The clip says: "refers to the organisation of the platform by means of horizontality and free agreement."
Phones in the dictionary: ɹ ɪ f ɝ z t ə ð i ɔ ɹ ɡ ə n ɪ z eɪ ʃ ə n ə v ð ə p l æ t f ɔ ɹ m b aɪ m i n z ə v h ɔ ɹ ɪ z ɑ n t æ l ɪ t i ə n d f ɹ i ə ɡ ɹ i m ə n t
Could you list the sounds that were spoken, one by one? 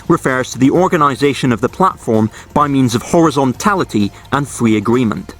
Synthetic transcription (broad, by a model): ɹ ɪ f ɝ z t ə ð i ɔ ɹ ɡ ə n ɪ z eɪ ʃ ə n ə v ð ə p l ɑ t f ɔ ɹ m b aɪ m i n z ə v h ɔ ɹ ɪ z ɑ n t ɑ l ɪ t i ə n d f ɹ i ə ɡ ɹ i m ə n t